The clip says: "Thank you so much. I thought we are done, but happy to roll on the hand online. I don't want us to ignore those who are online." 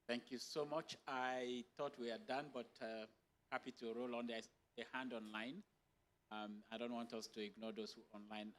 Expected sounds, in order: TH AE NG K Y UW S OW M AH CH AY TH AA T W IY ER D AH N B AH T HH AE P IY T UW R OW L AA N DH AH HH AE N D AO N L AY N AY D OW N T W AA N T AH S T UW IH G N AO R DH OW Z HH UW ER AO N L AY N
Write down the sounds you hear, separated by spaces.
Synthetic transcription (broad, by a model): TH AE NG K Y UW S OW M AH CH AY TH AA T W IY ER D AH N B AH T HH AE P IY T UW R OW L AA N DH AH HH AE N D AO N L AY N AY D OW N T W AA N T AH S T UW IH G N AO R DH OW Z HH UW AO N L AY N